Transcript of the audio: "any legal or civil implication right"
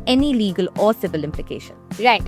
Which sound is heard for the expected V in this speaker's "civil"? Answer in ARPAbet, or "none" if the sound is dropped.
V